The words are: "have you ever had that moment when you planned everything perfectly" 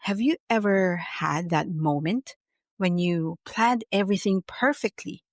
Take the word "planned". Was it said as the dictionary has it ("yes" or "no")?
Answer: yes